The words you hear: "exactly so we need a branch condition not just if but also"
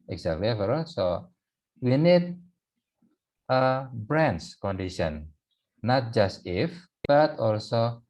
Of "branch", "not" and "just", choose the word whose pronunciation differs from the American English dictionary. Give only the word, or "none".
branch